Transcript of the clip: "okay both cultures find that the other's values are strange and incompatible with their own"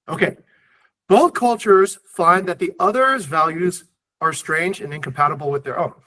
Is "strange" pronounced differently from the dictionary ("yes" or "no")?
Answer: no